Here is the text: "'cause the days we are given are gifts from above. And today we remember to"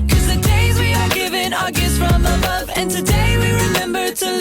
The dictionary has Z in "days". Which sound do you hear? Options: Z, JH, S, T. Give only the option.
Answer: Z